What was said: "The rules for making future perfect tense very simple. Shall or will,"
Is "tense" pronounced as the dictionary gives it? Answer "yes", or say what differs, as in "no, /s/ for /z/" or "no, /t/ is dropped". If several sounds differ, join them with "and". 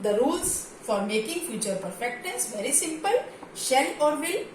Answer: no, /n/ is dropped